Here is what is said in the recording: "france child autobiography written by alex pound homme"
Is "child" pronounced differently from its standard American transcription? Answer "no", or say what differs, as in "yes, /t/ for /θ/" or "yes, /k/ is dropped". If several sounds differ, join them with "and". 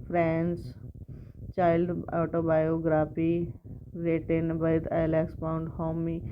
no